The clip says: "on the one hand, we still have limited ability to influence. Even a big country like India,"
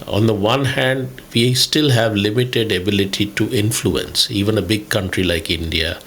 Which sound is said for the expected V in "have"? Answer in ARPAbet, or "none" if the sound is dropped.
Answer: V